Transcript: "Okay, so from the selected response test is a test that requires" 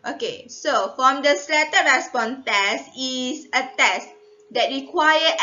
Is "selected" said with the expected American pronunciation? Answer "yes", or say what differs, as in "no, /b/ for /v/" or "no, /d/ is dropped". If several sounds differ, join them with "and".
no, /k/ is dropped